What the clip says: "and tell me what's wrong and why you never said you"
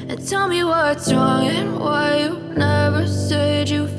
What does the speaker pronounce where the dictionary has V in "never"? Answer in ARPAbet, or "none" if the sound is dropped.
V